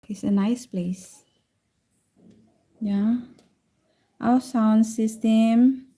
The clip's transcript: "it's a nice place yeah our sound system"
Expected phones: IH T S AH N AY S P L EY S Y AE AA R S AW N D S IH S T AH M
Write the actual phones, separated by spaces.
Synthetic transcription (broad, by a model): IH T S AH N AY S P L EY S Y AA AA W S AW N S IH S T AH M